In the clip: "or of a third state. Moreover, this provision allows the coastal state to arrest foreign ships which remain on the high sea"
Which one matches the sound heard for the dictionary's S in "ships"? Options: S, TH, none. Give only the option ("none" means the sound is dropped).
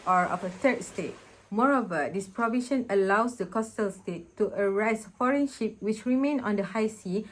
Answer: none